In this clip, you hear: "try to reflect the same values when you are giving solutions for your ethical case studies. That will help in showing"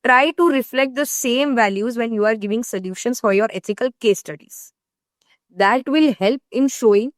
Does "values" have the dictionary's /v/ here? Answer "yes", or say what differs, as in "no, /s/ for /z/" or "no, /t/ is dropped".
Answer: yes